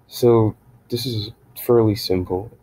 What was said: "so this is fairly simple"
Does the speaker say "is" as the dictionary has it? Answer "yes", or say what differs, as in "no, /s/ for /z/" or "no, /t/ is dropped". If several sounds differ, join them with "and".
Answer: yes